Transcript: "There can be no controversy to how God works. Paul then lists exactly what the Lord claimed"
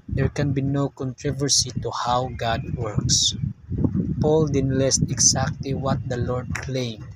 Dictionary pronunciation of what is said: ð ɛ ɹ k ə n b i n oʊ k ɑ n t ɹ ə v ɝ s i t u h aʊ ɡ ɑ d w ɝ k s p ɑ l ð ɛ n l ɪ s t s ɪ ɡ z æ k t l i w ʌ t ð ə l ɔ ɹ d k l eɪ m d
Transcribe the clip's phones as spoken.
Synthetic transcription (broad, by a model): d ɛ ɹ k ə n b i n oʊ k ɑ n t ɹ ə v ɝ s i t u h aʊ ɡ ɑ d w ɝ k s p ɑ l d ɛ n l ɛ s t ɪ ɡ s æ k t l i w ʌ t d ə l ɔ ɹ d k l eɪ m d